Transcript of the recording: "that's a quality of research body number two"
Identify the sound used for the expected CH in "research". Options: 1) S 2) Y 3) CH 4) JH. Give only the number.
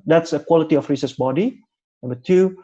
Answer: 1